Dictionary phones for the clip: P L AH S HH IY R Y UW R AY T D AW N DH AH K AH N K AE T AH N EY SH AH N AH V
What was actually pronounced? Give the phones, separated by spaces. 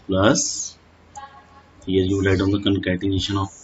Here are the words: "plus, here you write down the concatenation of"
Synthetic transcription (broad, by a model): P L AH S HH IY R Y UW L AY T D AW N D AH K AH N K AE T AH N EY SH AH N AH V